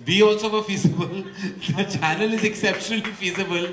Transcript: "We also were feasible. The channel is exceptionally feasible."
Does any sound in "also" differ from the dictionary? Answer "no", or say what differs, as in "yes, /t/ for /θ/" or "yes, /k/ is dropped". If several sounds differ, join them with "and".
yes, /l/ is dropped